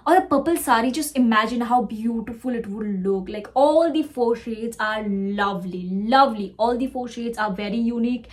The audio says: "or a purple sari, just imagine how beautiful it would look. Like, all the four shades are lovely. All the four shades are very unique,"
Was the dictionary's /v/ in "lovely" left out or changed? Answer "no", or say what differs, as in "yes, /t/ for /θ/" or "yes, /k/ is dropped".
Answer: no